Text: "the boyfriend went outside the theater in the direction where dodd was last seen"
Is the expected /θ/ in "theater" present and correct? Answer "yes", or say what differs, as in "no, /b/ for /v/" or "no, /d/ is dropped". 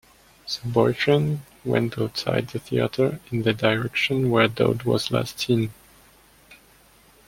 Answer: yes